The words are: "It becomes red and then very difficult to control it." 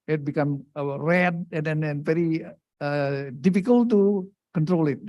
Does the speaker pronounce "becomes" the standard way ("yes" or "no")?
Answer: no